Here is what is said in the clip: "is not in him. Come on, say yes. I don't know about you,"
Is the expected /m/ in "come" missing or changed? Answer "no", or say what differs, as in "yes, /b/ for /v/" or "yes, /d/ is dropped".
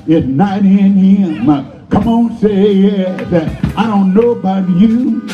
no